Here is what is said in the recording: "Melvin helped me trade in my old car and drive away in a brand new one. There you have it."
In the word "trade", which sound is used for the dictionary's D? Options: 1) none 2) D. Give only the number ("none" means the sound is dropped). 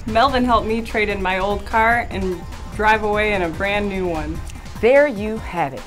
2